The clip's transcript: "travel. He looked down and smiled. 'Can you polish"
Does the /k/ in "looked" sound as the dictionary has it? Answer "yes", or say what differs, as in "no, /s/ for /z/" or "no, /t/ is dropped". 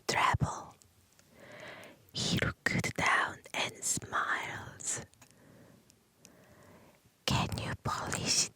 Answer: no, /k/ is dropped